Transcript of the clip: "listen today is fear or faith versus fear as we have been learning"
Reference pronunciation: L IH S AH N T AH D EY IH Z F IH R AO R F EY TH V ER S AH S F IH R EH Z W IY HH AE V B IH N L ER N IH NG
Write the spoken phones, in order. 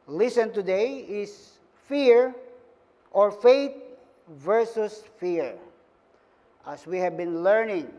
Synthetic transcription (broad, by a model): L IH S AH N T AH D EY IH S F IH R AO R F EY T V ER S AH S F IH R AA S W IY HH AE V B IH N L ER N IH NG